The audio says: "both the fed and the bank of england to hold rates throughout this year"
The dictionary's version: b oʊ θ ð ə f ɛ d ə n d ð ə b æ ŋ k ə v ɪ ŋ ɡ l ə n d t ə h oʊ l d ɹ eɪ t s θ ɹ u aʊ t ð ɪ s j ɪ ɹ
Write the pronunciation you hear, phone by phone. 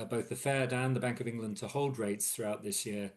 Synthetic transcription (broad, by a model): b oʊ θ ð ə f ɛ d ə n ð ə b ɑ ŋ k ə v ɪ ŋ ɡ l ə n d t ə h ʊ l d ɹ eɪ t s θ ɹ u aʊ t ð ɪ s j ɪ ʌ